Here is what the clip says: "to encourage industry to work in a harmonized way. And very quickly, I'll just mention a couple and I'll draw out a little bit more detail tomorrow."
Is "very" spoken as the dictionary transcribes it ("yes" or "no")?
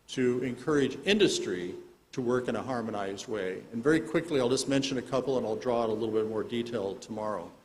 yes